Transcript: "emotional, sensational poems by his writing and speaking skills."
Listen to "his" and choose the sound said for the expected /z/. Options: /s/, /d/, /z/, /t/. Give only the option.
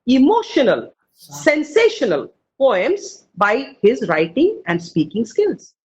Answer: /z/